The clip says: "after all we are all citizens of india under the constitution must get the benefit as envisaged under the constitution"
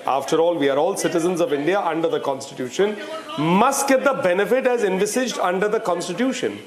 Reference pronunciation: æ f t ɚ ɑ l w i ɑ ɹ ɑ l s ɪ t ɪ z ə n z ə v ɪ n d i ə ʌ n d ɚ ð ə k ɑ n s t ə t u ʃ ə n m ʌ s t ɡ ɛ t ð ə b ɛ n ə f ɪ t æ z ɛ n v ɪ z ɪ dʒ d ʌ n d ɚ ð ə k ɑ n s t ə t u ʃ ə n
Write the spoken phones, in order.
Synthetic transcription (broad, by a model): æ f t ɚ ɑ l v i ɑ ɹ ɑ l s ɪ t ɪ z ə n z ə v ɪ n d i ə ʌ n d ɚ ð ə k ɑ n s t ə t u ʃ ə n m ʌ s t ɡ ɛ t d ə b ɛ n ə f ɪ t æ z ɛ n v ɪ s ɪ dʒ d ʌ n d ɚ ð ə k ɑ n s t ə t u ʃ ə n